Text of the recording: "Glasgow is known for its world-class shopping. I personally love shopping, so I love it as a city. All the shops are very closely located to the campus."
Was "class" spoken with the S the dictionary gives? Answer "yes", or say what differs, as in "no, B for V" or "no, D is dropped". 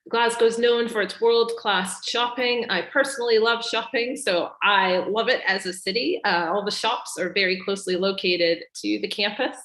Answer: yes